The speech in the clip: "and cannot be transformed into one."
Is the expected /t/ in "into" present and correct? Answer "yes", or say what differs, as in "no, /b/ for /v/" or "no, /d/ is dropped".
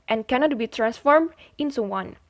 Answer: no, /s/ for /t/